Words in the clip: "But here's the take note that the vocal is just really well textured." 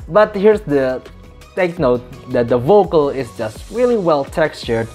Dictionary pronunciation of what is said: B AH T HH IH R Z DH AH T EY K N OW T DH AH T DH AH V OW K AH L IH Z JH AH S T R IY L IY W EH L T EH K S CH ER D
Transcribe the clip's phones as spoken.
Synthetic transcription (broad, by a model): B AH T HH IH R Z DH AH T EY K N OW T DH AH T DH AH V OW K AH L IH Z JH AH S T R IY L IY W EH L T EH K S CH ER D